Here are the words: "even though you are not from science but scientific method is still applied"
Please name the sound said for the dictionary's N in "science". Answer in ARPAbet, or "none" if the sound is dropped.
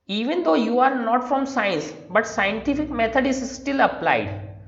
N